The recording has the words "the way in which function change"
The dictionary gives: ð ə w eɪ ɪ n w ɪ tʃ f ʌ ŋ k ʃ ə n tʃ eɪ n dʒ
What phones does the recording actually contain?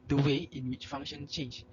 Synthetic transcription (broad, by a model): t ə w eɪ ɪ n w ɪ tʃ f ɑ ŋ ʃ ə n tʃ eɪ n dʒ